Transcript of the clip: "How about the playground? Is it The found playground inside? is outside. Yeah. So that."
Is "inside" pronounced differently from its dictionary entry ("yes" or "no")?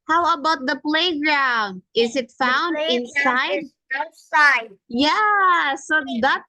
no